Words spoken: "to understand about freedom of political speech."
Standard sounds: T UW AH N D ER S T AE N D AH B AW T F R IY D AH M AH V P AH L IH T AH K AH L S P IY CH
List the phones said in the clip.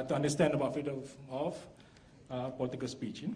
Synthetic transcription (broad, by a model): T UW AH N D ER S T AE N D AH B AW T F IY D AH AH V P AH L IH T AH K AH L S P IY CH